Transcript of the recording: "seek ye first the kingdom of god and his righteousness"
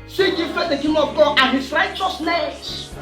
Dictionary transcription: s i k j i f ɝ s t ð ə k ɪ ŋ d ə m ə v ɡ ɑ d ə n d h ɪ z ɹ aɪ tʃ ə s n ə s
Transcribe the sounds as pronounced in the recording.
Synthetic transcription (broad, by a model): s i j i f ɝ t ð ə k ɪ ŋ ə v ɡ ɑ d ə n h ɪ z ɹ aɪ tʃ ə s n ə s